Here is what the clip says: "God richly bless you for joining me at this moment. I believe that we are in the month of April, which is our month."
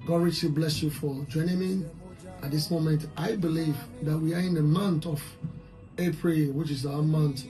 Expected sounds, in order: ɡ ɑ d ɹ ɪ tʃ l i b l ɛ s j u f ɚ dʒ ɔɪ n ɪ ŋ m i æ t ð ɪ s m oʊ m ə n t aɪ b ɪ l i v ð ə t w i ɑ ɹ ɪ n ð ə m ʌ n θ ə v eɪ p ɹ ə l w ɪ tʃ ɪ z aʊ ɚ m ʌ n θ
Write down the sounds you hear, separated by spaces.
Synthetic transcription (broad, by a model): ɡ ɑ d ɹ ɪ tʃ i b l ɛ s j u f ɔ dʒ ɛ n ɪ m i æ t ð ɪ s m oʊ m ə n t aɪ b ɪ l i v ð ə t w i ɑ ɹ ɪ n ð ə m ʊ n t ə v eɪ p ɹ ə l w ɪ tʃ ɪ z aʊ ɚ m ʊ n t